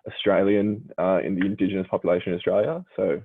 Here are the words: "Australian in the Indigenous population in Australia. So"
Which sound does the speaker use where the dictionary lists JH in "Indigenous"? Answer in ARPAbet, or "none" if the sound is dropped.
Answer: JH